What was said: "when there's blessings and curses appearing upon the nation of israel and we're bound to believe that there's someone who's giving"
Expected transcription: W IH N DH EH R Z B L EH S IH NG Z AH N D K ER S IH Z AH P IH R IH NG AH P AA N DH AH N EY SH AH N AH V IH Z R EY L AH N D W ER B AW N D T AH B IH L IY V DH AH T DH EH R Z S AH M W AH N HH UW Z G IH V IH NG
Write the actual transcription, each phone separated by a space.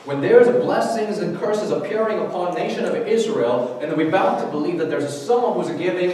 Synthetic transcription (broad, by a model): W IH N DH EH R Z B L EH S IH NG Z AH N K ER S IH Z AH P IH R IH NG AH P AA N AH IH SH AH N AH V IH Z R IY L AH N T W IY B AW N T AH B IH L IY V DH AH T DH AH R Z S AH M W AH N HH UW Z G IH V IH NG